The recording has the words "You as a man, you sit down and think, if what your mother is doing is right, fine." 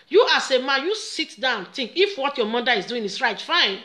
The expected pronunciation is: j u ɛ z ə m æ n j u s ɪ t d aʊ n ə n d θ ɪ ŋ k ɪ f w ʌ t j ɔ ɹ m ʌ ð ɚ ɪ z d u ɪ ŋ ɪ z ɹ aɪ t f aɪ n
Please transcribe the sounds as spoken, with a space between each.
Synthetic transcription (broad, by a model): j u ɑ s ə m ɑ n j u s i t d aʊ ə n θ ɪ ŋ k ɪ f w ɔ t j ɔ m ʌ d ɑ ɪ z d u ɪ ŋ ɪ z ɹ aɪ t f aɪ n